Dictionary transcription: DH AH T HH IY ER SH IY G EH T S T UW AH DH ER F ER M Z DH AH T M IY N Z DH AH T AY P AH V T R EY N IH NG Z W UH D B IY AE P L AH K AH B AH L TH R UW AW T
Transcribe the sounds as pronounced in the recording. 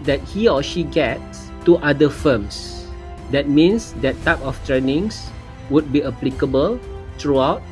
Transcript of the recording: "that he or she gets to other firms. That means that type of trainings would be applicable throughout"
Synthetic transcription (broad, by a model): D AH T HH IY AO SH IY G EH T S T UW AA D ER F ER M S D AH T M IY N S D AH T AY P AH F T R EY N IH NG S W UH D B IY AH P L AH K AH B AH L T R UW AW T